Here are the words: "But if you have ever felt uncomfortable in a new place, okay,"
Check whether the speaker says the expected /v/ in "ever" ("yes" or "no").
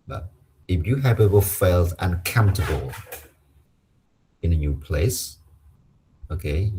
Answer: no